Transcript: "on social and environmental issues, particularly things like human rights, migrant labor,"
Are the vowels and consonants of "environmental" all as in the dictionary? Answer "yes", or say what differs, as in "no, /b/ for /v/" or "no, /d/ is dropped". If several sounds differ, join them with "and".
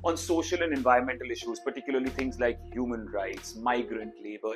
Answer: yes